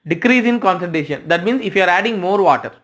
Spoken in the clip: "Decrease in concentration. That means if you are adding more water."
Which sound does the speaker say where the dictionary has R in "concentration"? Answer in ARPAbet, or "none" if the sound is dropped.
none